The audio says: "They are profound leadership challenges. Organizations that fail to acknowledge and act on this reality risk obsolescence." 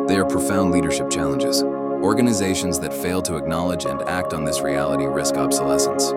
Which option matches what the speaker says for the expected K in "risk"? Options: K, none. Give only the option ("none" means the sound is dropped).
K